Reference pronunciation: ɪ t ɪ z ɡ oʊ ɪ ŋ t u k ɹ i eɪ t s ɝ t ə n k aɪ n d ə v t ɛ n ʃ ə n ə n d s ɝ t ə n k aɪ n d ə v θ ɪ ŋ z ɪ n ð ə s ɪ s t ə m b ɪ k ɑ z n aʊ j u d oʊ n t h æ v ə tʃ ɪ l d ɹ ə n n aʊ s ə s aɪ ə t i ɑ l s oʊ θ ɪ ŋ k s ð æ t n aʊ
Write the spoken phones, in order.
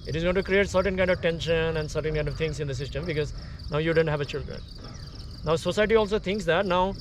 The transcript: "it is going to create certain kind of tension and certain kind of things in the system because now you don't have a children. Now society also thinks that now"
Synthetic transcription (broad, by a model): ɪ t ɪ z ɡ oʊ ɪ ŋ t u k ɹ i eɪ t s ɝ t ə n k aɪ n d ə v t ɛ n ʃ ə n ə n d s ɝ t ə n k aɪ n d ə v t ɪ ŋ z ɪ n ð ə s ɪ s t ə m b ɪ k ɑ z n aʊ j u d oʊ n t h æ v ə tʃ ɪ l d ɹ ə n n aʊ s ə s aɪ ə t i ɑ l s oʊ t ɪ ŋ k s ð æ t n aʊ